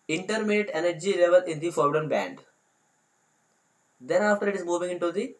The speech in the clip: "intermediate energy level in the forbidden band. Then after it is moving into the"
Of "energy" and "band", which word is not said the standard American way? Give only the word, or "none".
none